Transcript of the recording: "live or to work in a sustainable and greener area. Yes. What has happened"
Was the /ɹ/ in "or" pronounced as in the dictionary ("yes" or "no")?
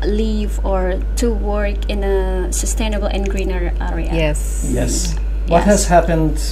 yes